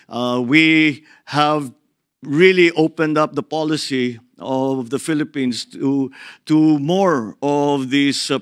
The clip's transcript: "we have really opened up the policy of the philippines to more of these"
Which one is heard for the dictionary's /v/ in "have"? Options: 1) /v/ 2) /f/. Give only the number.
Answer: 1